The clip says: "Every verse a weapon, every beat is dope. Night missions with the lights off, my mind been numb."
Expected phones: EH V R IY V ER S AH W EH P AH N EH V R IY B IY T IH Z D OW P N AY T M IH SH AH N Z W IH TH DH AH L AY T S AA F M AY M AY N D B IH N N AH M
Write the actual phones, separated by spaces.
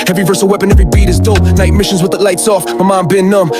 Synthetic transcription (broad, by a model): EH V R IY V ER S AH W EH P AH N EH V R IY B IY T IH Z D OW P N AY T M IH SH AH N Z W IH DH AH L AY T S AA F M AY M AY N B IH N N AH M